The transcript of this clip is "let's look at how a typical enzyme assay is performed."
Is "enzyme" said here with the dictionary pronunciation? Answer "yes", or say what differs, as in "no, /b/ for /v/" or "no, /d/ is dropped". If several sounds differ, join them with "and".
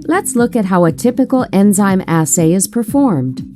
yes